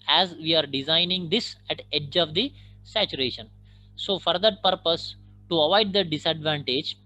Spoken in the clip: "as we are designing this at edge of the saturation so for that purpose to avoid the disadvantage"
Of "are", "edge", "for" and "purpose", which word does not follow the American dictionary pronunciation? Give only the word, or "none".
none